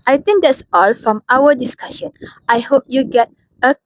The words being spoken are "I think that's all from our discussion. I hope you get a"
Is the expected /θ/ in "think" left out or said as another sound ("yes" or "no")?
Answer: yes